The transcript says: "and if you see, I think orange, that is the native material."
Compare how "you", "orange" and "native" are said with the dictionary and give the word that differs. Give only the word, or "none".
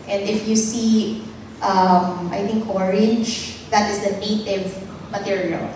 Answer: orange